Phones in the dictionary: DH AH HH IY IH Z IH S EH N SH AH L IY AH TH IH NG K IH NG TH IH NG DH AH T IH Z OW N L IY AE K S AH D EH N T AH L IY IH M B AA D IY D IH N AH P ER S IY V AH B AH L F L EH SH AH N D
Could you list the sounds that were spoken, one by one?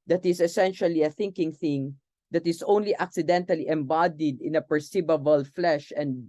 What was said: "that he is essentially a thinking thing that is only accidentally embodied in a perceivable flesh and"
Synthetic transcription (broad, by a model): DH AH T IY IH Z IH S EH N SH AH L IY AH TH IH NG K IH NG TH IH NG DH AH T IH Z OW N L IY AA K S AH D EH N T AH L IY IH M B AA D IY D IH N AH P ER S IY B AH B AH L F L EH SH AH N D